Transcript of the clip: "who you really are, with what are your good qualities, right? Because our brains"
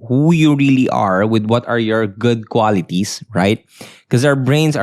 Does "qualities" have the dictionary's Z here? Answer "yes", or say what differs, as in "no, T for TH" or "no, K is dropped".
no, S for Z